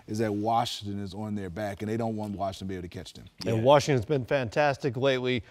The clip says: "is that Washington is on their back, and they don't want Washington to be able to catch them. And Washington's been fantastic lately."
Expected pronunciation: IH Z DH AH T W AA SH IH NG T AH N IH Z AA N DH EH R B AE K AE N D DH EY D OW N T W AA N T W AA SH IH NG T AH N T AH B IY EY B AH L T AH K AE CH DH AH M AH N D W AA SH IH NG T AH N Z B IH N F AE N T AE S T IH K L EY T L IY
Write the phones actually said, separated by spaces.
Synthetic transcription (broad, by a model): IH Z DH AH T W AA SH IH NG T AH N IH Z N DH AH R B AE K N DH EY D OW N T W AA N T W AA SH IH NG T AH N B IY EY AH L T AH K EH CH DH AH M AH W AA SH IH NG T AH N Z B IH N F AE N T AE S T IH K L EY T L IY